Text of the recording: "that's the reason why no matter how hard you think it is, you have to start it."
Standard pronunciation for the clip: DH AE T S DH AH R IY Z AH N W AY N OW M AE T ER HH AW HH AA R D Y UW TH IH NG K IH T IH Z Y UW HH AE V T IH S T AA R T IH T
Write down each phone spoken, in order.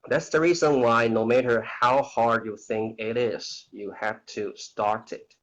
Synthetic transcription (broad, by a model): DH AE T S DH AH R IY Z AH N W AY N OW M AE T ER HH AW HH AA R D Y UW TH IH NG K IH T IH Z Y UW HH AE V T IH S T AA R T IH T